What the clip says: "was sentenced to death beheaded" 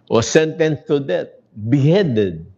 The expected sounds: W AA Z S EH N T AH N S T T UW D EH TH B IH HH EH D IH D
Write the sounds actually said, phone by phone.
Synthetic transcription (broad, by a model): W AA S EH N T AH N S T T UW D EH T B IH HH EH D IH D